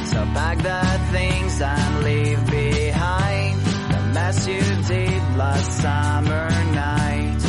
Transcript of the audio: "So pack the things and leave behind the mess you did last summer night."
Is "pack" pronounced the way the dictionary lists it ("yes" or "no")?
no